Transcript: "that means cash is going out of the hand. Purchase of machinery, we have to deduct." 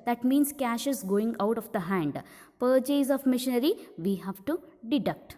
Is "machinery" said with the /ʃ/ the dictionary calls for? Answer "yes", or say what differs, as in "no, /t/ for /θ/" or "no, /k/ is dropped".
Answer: yes